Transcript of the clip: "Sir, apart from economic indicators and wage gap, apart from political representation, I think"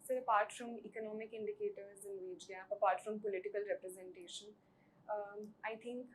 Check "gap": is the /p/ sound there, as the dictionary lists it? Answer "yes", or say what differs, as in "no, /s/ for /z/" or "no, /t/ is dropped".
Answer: no, /p/ is dropped